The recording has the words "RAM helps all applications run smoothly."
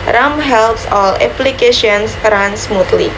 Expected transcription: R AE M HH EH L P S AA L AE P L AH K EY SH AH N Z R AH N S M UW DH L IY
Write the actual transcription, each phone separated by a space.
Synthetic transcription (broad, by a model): R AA M HH EH L P S AA L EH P L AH K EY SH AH N S R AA N S M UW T L IY